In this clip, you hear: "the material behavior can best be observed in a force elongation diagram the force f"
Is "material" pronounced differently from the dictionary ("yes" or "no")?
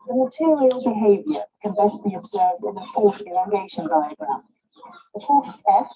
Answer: no